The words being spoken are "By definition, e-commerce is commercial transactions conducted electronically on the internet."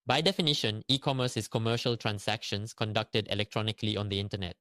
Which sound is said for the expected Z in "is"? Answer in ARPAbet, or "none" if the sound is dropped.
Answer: S